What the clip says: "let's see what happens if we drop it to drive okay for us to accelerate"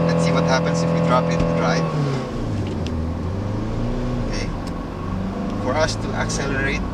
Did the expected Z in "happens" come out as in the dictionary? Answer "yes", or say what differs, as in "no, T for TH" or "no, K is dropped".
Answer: no, S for Z